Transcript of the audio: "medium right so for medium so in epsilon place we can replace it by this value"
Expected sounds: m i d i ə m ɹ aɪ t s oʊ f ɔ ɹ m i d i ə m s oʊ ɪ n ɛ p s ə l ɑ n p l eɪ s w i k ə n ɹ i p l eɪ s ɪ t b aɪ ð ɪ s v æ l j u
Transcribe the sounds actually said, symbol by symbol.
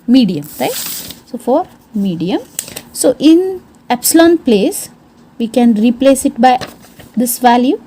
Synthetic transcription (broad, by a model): m i d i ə m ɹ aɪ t s oʊ f ɔ ɹ m i d i ə m s oʊ ɪ n ɛ p s ə l ɑ n p l eɪ s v i k ə n ɹ i p l eɪ s ɪ t b aɪ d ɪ s v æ l j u